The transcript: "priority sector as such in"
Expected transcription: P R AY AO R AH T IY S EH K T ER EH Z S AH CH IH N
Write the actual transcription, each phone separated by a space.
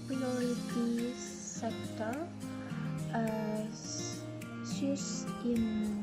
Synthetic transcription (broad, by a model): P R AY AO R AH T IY S EH K T ER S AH S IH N